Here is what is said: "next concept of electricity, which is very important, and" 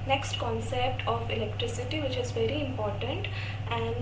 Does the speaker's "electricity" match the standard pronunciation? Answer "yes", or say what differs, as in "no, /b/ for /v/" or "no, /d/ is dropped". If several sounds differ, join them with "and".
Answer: yes